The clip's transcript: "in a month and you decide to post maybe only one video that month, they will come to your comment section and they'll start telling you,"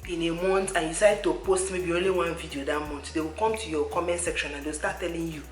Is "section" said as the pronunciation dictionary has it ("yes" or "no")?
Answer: yes